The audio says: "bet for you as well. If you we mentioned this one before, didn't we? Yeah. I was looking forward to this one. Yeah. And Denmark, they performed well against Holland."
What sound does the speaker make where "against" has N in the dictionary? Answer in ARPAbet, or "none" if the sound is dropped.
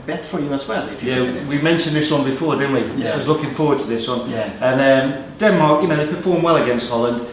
N